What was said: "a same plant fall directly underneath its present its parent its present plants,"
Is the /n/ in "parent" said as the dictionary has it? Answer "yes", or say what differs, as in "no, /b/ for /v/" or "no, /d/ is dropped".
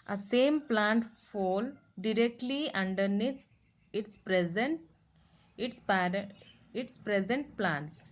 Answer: no, /n/ is dropped